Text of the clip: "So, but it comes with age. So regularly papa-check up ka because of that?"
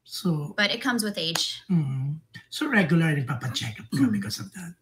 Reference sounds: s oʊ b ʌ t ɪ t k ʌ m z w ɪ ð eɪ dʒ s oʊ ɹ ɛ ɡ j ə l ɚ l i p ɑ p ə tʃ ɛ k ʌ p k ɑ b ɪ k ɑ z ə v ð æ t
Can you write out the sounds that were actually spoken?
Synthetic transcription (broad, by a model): s oʊ b ʌ t ɪ t k ʌ m z w ɪ ð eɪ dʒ s oʊ ɹ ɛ ɡ j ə l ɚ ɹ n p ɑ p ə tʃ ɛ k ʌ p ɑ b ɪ k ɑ s ə v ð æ t